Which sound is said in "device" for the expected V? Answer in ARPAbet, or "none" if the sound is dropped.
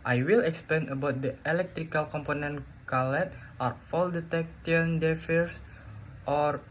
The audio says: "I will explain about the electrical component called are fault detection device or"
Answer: F